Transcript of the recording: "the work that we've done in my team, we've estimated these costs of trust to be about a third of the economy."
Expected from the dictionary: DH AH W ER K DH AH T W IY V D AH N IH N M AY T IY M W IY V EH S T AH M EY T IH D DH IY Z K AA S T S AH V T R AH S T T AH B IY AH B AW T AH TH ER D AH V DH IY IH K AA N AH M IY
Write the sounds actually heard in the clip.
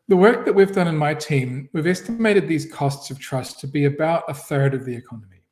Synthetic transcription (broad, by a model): DH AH W ER K DH AH T W IY V D AH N IH N M AY T IY M W IY V EH S T AH M EY T IH D DH IY Z K AA S T S AH V T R AH S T T AH B IY AH B AW T AH TH ER D AH V DH IY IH K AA N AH M IY